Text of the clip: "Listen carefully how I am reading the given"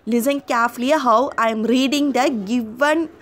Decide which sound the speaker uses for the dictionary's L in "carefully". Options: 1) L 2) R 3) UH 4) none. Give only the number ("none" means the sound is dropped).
4